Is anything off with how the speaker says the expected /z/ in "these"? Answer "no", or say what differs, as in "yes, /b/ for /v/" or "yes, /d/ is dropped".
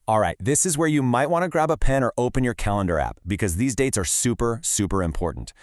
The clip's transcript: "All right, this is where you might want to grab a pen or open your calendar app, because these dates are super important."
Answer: no